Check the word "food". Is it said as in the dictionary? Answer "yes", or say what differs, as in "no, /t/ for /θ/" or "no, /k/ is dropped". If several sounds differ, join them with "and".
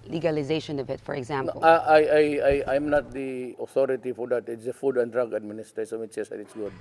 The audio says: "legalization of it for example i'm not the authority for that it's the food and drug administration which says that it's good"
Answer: yes